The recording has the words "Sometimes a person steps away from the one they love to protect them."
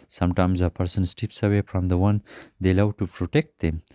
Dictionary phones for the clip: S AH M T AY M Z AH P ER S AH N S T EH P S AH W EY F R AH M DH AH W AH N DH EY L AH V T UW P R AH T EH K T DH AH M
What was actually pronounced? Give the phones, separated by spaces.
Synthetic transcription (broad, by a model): S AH M T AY M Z AH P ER S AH N S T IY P S AH W EY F R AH M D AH W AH N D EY L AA W T UW P R AH T EH K T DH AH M